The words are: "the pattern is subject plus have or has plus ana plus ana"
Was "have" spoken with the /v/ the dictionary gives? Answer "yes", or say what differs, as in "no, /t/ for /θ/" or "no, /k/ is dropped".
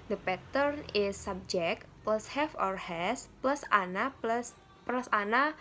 no, /f/ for /v/